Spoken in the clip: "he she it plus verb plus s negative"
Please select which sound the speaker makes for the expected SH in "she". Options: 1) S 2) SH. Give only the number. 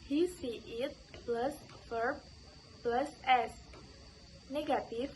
1